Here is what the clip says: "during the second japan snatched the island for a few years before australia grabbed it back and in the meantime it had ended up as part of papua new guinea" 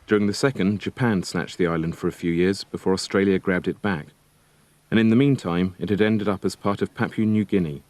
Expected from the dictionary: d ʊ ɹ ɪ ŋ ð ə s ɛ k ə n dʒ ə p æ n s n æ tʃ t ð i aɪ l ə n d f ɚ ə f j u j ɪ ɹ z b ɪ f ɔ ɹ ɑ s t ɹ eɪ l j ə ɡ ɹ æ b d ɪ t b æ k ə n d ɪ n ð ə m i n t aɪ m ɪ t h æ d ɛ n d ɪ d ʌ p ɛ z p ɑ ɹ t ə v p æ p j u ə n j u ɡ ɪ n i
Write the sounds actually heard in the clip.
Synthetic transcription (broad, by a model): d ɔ ɹ ɪ ŋ ð ə s ɛ k ə n dʒ ə p æ n s n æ tʃ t ð i aɪ l ə n d f ɚ ə f j u j ɪ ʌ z b ɪ f ɔ ɹ ɑ s t ɹ eɪ l j ə ɡ ɹ æ b d ɪ t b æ k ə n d ɪ n ð ə m i n t aɪ m ɪ t h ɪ d ɛ n d ɪ d ʌ p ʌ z p ɑ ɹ t ə v p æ p j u n j u ɡ ɪ n i